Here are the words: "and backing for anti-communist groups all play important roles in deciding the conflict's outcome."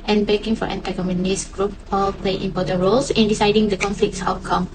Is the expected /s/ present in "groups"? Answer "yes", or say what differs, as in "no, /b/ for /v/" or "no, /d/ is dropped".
no, /s/ is dropped